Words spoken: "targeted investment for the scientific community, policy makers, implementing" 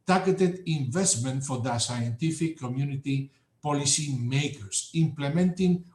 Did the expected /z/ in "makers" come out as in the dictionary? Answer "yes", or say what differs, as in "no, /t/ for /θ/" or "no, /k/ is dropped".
no, /s/ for /z/